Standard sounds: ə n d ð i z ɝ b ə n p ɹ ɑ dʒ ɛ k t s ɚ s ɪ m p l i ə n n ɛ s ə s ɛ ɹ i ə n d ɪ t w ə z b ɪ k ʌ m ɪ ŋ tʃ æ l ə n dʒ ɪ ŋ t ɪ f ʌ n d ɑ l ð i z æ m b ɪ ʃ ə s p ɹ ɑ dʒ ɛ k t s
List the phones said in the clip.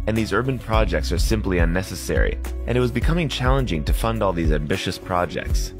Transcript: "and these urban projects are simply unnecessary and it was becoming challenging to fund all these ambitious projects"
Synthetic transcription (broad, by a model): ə n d ð i z ɝ b ə n p ɹ ɑ dʒ ɛ k t s ɚ s ɪ m p l i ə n n ɛ s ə s ɛ ɹ i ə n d ɪ t w ə z b ɪ k ʌ m ɪ ŋ tʃ æ l ə n dʒ ɪ ŋ t ɪ f ʌ n d ɑ l ð i z æ m b ɪ ʃ ə s p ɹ ɑ dʒ ɛ k t s